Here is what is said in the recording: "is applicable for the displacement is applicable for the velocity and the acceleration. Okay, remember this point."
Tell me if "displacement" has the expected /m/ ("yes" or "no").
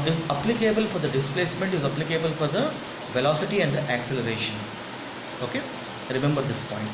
yes